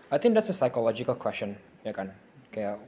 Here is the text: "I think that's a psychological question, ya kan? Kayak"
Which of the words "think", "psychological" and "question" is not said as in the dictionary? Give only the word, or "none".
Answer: none